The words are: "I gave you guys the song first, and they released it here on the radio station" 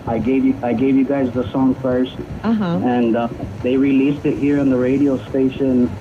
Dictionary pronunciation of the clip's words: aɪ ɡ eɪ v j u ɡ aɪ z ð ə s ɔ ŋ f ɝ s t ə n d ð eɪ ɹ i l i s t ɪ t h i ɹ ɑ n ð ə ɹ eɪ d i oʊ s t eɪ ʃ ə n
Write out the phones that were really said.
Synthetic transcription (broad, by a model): aɪ ɡ eɪ v j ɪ ɡ aɪ z ð ə s ɔ ŋ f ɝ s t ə n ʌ ð eɪ ɹ i l i s t ɪ t h i ɹ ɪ n ð ə ɹ eɪ d i oʊ s t eɪ ʃ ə n